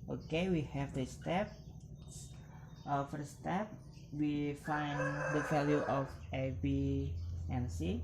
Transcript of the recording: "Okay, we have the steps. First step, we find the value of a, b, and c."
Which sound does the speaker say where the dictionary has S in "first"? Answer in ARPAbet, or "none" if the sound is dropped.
none